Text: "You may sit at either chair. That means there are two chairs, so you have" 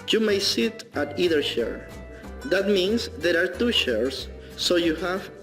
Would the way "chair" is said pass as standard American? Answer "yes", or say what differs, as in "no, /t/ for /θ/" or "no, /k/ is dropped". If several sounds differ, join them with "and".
no, /ʃ/ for /tʃ/